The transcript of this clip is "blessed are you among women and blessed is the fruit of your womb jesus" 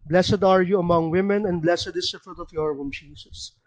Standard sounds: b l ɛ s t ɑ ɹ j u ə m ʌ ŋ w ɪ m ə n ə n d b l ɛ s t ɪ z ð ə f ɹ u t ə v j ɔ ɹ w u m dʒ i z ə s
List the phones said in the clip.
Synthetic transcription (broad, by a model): b l ɛ s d ɑ ɹ j u ə m ʌ ŋ w ɪ m ə n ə n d b l ɛ s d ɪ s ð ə f ɹ u t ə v j ɔ ɹ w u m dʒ i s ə s